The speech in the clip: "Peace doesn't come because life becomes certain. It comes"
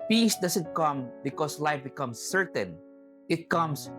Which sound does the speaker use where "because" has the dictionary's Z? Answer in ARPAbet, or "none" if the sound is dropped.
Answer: S